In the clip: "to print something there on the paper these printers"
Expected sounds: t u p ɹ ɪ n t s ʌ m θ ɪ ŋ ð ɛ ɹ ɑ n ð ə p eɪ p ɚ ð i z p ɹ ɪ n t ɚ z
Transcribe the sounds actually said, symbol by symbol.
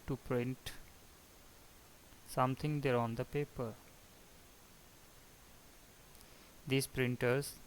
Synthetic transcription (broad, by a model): t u p ɹ ɪ n t s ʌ m t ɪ ŋ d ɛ ɹ ɑ n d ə p eɪ p ɚ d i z p ɹ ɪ n t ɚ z